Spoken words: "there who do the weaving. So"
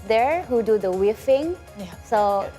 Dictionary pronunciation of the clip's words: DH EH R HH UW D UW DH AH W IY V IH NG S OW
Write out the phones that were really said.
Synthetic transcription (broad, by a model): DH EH R HH UW D UW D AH W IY F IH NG S OW